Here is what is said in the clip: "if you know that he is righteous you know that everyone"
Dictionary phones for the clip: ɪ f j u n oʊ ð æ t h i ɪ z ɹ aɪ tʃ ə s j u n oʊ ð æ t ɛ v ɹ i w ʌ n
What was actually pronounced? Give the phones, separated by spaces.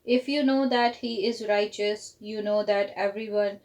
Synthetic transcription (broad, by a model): ɪ f j u n oʊ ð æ t h i ɪ z ɹ aɪ tʃ ə s j u n oʊ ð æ t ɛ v ɹ i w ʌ n